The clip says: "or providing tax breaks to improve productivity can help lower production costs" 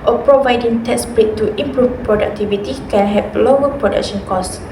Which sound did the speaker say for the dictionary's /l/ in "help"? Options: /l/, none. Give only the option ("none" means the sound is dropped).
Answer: none